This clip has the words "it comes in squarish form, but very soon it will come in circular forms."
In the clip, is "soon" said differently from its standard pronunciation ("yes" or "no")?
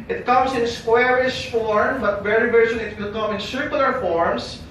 yes